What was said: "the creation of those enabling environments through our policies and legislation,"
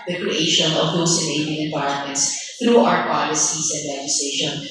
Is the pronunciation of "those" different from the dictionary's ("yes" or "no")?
yes